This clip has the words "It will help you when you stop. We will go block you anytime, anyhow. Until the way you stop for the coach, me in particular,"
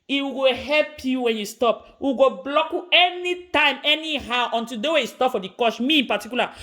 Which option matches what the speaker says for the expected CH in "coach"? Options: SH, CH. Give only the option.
SH